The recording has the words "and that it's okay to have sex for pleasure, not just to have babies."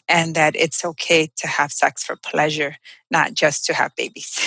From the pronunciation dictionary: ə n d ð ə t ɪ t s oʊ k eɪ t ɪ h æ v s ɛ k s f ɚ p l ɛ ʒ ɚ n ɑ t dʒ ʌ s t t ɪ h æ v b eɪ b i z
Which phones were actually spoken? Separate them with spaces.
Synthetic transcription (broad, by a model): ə n ð ə t ɪ t s oʊ k eɪ t ɪ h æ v s ɛ k s f ɚ p l ɛ ʒ ɚ n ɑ t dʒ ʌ s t t ɪ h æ v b eɪ b i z